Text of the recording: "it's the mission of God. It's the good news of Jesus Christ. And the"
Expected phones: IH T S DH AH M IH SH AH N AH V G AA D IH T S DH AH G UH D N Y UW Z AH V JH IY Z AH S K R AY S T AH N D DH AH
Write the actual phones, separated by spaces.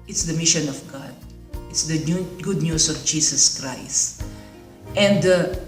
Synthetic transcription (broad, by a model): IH T S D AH M IH SH AH N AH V G AA D IH T S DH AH G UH D N Y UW S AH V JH IY S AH S K R AY S T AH N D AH